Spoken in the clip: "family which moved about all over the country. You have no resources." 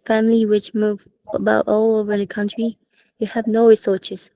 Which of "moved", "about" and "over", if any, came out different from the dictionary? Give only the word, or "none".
moved